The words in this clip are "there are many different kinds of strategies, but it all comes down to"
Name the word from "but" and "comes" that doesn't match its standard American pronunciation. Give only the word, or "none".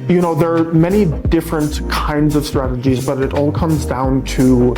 none